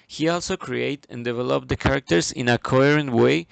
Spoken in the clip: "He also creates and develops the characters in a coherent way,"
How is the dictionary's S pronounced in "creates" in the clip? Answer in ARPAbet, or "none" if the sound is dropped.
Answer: none